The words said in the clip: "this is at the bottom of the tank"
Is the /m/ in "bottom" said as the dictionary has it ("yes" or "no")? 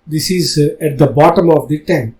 yes